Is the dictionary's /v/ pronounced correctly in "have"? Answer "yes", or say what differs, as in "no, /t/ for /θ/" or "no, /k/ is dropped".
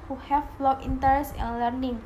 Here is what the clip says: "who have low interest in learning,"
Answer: no, /f/ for /v/